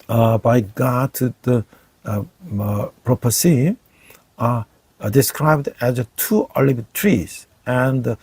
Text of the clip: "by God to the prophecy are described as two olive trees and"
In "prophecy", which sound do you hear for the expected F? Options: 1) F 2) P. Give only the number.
2